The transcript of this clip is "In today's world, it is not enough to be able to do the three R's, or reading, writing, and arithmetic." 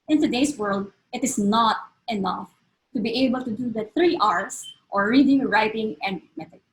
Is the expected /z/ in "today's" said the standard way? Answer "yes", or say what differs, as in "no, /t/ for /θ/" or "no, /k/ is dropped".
no, /s/ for /z/